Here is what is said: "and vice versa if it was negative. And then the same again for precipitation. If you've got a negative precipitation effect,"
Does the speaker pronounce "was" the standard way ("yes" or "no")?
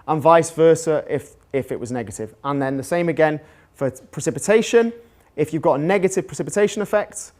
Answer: yes